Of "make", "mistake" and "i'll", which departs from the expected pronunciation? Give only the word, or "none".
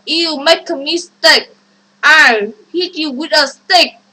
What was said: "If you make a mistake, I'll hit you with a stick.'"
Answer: i'll